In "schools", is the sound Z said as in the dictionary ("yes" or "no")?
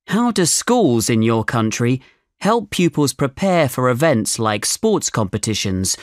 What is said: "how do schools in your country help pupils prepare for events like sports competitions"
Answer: yes